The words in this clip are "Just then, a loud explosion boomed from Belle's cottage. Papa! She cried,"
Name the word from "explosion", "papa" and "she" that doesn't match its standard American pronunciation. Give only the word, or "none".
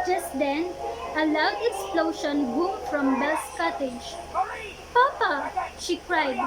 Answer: explosion